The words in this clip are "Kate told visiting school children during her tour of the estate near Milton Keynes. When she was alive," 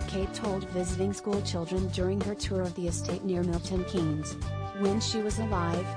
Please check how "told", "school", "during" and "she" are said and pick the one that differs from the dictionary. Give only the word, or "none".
none